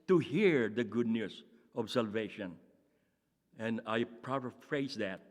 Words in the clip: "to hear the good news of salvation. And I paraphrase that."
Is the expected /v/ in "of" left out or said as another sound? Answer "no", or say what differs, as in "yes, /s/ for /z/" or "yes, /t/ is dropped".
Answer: yes, /b/ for /v/